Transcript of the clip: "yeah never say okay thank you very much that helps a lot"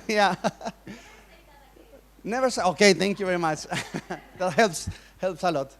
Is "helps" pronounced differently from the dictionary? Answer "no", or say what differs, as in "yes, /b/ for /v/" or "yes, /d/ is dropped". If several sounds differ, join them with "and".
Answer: no